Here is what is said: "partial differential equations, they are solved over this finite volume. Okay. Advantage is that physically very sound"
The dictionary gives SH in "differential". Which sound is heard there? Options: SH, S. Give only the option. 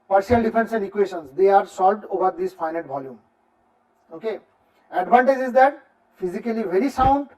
S